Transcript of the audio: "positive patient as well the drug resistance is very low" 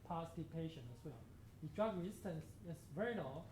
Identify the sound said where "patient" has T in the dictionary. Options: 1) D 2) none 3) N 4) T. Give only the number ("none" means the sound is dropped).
2